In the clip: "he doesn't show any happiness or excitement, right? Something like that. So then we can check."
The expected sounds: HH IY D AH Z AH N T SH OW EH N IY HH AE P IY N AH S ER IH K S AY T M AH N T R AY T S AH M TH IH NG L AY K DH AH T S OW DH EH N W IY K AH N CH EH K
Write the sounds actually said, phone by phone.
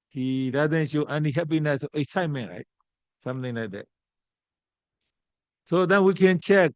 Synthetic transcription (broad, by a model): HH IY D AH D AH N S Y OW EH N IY HH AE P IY N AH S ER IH S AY M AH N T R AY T S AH M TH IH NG L AY K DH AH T S OW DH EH N W IY K AH N CH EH K